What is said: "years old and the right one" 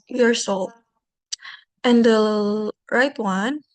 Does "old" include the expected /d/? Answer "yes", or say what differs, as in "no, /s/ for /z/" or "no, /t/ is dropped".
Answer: no, /d/ is dropped